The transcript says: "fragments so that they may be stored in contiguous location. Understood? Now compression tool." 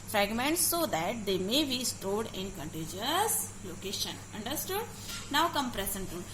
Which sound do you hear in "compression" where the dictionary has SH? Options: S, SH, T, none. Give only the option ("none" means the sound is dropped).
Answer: S